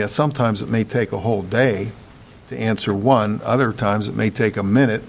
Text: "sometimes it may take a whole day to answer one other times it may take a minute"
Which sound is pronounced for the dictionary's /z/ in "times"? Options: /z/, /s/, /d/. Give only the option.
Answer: /z/